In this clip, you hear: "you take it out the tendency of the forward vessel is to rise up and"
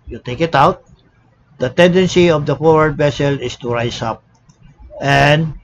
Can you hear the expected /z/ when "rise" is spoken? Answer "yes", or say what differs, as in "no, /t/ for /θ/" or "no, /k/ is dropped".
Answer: no, /s/ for /z/